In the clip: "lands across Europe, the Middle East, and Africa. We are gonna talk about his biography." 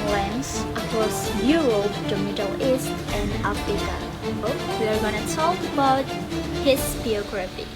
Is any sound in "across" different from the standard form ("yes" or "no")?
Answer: yes